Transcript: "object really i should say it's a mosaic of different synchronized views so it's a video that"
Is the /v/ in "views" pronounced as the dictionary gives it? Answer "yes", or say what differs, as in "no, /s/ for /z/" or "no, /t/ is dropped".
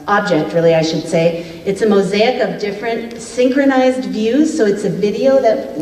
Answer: yes